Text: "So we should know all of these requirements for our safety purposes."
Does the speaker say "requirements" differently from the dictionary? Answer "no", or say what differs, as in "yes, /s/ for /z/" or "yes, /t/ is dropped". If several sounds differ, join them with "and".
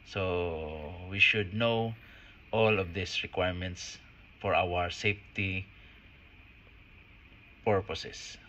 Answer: no